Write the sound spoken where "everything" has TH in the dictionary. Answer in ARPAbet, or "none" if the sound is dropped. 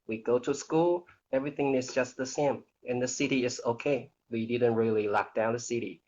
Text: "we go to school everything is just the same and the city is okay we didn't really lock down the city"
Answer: TH